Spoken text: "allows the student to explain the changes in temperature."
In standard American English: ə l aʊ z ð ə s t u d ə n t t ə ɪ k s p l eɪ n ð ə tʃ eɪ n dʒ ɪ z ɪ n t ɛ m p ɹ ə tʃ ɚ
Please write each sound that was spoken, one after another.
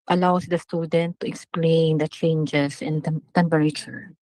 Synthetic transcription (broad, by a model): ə l aʊ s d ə s t u d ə n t t ə ɪ k s p l eɪ n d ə tʃ eɪ n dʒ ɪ s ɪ n t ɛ m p ɹ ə tʃ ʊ